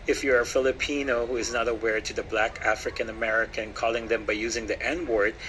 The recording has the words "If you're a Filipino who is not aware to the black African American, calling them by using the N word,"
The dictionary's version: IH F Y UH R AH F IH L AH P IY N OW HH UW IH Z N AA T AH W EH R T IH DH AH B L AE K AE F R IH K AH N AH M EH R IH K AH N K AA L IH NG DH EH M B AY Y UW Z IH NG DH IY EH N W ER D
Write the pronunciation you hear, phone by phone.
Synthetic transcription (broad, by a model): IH F Y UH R AH F IH L AH P IY N OW HH UW IH Z N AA T AH W EH R T IH DH AH B L AE K AE F R IH K AH N AH M EH R IH K AH N K AA L IH NG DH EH M B AY Y UW Z IH NG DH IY EH N W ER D